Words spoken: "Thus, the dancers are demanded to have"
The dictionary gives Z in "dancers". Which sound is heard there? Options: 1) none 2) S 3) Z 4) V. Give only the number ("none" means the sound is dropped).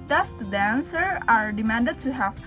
1